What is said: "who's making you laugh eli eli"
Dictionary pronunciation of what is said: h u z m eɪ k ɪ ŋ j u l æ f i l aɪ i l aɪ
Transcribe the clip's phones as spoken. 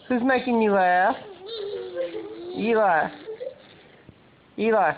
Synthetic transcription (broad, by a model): h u z m eɪ k ɪ ŋ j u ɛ i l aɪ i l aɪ